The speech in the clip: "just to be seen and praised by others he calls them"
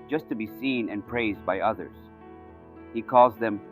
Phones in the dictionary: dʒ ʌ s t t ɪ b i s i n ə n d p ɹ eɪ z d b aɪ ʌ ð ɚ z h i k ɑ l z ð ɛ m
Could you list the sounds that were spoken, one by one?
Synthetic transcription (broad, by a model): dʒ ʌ s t t ɪ b i s i n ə n p ɹ eɪ z d b aɪ ʌ ð ɚ z h i k ɑ l z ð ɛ m